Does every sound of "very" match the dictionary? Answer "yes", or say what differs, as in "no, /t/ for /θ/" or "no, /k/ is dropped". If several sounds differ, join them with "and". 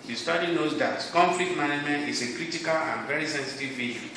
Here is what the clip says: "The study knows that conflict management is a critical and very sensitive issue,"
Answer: yes